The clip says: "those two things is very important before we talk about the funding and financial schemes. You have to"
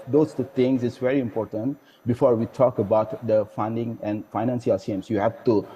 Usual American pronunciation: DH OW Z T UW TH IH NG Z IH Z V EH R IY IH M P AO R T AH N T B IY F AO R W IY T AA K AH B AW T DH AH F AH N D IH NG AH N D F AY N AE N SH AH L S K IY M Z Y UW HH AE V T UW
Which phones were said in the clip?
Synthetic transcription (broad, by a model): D OW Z T UW T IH NG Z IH S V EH R IY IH M P AO R T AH N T B IY F AO R W IY T AA K AH B AW T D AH F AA N D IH NG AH N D F AY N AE N S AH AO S IY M S Y UW HH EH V T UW